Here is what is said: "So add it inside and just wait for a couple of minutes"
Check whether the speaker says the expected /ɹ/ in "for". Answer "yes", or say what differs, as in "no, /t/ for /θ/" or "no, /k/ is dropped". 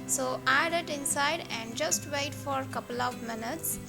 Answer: yes